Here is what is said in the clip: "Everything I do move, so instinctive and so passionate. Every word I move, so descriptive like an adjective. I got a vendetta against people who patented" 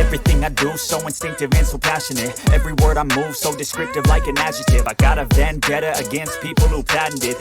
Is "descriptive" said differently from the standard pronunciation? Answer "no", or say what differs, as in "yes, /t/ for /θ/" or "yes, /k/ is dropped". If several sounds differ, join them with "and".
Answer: no